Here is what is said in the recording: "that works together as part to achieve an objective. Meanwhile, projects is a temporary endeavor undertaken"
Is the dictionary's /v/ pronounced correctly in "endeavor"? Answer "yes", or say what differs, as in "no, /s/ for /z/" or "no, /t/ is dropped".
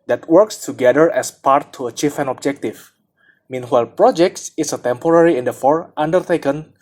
no, /f/ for /v/